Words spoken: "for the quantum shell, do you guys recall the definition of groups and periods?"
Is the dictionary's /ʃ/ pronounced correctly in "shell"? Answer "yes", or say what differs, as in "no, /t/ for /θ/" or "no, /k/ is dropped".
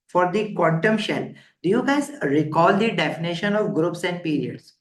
yes